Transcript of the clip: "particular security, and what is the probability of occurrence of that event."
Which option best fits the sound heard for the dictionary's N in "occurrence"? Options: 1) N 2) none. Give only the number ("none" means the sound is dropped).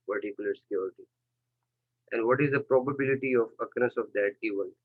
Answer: 2